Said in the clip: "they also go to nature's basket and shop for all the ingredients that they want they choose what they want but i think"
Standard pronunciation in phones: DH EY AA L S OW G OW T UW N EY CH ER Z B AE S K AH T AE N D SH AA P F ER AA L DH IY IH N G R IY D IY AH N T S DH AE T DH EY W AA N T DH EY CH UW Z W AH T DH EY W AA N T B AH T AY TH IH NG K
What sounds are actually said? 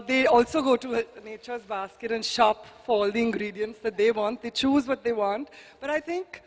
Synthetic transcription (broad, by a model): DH EY AA L S OW G OW T UW N EY CH ER Z B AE S K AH T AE N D SH AA P F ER AA L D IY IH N G R IY D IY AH N T S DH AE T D EY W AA N T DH EY CH UW Z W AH T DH EY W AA N T B AH T AY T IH NG K